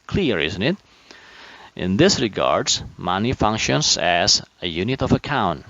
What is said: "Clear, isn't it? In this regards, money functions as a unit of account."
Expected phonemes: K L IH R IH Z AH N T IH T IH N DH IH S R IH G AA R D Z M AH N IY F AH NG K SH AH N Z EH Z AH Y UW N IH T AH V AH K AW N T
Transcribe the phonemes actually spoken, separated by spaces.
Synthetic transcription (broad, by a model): K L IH R IH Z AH N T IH T IH N DH IH S R IH G AA R D Z M AH N IY F AH NG K SH AH N Z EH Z AH Y UW N IH T AH V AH K AW N T